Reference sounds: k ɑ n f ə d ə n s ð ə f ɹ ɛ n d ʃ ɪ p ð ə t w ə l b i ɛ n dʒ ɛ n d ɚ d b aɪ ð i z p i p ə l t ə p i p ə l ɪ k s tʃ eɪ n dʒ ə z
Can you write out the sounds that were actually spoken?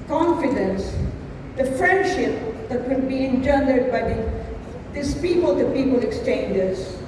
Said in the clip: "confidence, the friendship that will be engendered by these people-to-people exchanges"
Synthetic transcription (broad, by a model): k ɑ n f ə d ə n s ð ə f ɹ ɛ n d ʃ ɪ p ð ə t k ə n b i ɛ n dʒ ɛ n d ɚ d b aɪ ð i s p i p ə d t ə p i p ə l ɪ k s tʃ eɪ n dʒ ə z